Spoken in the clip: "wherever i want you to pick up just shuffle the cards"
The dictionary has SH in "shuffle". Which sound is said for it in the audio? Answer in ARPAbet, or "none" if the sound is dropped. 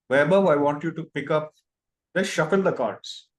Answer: SH